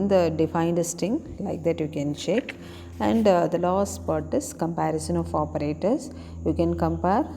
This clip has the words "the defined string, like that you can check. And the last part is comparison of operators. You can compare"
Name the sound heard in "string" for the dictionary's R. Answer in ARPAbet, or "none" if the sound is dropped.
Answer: none